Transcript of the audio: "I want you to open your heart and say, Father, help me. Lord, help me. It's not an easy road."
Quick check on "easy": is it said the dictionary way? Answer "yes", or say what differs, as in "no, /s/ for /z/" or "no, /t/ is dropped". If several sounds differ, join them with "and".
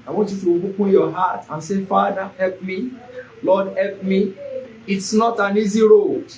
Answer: yes